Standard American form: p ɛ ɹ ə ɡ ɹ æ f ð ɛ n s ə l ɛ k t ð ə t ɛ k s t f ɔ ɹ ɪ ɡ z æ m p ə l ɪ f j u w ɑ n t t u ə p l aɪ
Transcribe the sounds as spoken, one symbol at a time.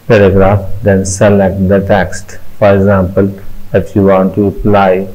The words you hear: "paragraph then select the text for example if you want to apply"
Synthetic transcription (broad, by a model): p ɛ ɹ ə ɡ ɹ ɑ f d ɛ n s ə l ɛ k t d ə t ɛ k s t f ɔ ɹ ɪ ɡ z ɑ m p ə l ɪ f j u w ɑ n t t u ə p l aɪ